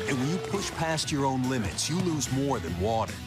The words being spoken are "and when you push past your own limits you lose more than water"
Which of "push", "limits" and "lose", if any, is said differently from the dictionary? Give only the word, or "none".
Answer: none